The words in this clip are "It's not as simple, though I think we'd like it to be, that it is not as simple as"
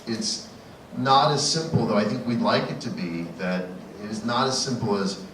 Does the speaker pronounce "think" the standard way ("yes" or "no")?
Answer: yes